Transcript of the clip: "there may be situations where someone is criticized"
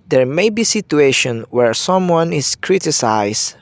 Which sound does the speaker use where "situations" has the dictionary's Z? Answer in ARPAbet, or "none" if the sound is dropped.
none